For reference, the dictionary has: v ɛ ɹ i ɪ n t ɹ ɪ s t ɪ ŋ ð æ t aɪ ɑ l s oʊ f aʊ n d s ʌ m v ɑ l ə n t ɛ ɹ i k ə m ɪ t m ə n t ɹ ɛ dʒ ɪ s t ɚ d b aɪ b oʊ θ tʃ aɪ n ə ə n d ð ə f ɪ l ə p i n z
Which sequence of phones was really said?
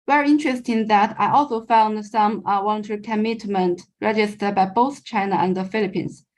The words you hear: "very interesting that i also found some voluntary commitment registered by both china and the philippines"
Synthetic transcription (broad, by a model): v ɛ ɹ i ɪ n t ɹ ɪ s t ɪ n ð æ t aɪ ɑ l s oʊ f aʊ n d s ʌ m w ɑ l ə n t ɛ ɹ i k ə m ɪ t m ə n t ɹ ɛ dʒ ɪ s t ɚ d b aɪ b oʊ θ tʃ aɪ n ə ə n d ð ə f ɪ l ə p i n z